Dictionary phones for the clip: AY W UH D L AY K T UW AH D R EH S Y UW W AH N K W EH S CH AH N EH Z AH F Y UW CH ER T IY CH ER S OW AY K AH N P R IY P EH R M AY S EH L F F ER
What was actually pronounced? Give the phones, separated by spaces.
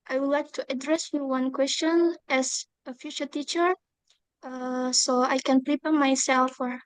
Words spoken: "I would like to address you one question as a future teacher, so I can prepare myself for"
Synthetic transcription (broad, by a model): AY W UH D L AY K T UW AH D R EH S Y UW W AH N K W EH S CH AH N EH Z AH F Y UW CH ER T IY CH ER S OW AY K AH N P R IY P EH M AY S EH L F F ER